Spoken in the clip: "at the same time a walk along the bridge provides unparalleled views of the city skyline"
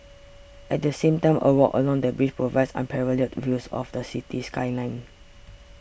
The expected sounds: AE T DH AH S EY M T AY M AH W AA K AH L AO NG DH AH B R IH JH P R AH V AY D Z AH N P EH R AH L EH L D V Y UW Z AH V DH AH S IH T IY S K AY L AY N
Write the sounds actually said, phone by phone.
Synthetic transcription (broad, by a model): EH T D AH S EY M T AY M AH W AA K AH L AO NG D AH B R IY CH P R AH V AY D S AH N P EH R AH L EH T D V Y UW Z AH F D AH S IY T IY S K AY L AY N